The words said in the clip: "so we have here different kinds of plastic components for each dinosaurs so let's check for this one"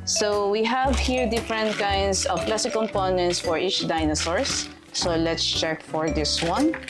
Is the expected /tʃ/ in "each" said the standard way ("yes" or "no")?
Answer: yes